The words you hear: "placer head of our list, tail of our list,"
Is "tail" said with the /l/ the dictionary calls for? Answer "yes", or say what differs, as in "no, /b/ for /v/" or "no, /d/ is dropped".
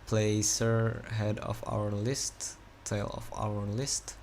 yes